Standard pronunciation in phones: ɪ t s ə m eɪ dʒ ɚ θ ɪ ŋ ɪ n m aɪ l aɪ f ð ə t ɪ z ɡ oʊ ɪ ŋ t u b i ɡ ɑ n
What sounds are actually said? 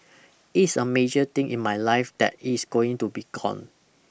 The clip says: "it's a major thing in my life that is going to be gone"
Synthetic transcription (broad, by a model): ɪ t s ə m eɪ dʒ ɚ t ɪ ŋ ɪ n m aɪ l aɪ f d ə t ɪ s ɡ oʊ ɪ ŋ t u b i ɡ ɑ n